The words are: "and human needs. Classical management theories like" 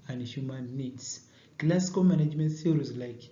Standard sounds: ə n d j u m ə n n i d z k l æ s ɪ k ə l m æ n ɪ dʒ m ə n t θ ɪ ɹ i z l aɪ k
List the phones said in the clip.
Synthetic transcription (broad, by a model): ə n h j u m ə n n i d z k l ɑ s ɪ k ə m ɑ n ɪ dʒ m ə n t s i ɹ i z l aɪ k